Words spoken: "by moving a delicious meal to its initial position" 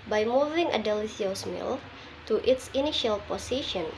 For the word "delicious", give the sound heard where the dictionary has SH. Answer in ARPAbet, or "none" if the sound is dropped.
S